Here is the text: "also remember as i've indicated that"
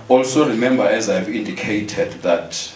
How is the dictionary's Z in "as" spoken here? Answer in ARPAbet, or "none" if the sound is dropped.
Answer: Z